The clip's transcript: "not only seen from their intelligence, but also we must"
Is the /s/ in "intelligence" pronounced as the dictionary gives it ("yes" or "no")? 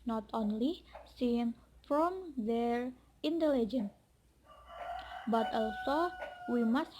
no